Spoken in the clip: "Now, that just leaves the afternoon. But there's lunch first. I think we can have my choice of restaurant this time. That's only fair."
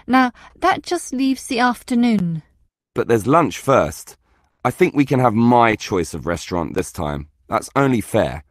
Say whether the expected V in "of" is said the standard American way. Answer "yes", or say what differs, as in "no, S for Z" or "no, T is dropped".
yes